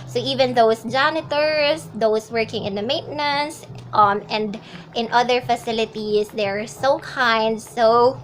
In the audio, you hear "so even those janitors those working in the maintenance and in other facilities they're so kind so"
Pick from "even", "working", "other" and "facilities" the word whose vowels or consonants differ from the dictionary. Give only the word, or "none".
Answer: facilities